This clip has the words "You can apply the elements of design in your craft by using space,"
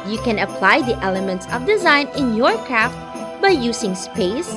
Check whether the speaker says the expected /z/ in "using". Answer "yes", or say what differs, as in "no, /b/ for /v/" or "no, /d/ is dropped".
no, /s/ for /z/